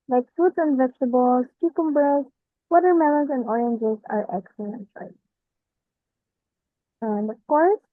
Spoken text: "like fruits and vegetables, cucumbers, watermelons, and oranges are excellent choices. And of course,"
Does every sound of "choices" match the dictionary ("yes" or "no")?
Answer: no